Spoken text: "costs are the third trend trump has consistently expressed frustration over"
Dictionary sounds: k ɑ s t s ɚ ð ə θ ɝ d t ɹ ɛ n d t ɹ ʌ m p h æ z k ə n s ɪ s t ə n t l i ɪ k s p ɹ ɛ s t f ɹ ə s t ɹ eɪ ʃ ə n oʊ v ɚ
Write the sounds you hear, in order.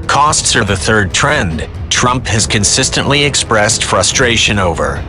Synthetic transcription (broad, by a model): k ɑ s t s ɚ ð ə θ ɝ d t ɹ ɛ n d t ɹ ʌ m p h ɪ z k ə n s ɪ s t ə n t l i ɪ k s p ɹ ɛ s t f ɹ ə s t ɹ eɪ ʃ ə n oʊ v ɚ